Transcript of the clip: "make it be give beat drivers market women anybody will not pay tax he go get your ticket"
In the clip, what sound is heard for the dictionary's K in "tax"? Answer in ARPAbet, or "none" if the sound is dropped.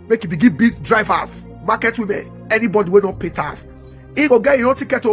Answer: none